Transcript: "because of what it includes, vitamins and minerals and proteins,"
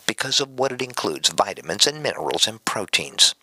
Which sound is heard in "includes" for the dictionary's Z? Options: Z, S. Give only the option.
Z